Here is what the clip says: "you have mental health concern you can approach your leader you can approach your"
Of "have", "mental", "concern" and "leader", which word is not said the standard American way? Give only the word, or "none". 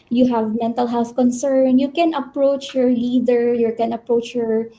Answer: none